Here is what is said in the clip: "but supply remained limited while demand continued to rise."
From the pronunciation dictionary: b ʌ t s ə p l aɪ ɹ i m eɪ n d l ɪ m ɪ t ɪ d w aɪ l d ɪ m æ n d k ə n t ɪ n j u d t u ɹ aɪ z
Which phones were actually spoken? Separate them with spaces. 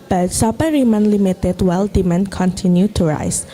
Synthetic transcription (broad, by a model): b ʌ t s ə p aɪ ɹ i m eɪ n l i m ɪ t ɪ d w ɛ l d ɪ m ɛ n k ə n t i n j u t u ɹ aɪ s